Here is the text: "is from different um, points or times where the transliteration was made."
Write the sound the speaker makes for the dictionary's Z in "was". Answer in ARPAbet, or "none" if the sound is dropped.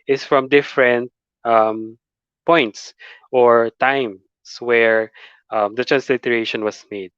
S